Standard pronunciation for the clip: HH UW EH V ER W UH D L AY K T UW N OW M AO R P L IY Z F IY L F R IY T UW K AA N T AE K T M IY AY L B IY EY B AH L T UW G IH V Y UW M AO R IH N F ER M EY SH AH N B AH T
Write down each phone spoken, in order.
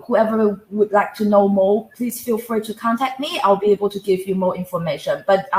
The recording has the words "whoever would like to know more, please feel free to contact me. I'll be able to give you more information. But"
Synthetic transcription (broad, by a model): HH UW EH V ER W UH D L AY K T UW N OW M AO P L IY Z F IY L F R IY T UW K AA N T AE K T M IY AY L B IY EY B AH L T UW G IH V Y UW M AO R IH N F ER M EY SH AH N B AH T